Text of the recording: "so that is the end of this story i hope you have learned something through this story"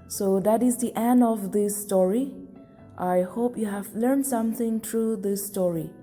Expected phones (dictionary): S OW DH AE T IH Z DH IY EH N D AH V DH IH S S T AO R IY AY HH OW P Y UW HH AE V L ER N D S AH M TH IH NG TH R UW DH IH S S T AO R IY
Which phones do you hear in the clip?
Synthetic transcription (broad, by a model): S OW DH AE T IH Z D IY EH N D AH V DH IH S S T AO R IY AY HH OW P Y UW HH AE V L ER N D S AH M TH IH NG T R UW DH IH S S T AO R IY